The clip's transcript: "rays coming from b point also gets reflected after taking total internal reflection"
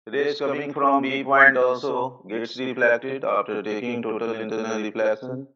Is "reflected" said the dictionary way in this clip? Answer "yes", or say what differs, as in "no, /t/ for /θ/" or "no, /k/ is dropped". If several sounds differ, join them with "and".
no, /p/ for /f/